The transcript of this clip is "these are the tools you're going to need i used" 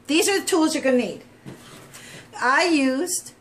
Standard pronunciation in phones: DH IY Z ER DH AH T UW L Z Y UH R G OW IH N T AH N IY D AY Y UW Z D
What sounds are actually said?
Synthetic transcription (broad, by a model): DH IY Z ER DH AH T UW L Z Y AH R G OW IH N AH N IY D AY Y UW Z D